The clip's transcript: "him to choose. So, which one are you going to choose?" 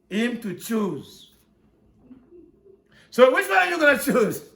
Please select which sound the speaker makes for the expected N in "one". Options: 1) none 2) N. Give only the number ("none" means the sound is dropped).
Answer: 1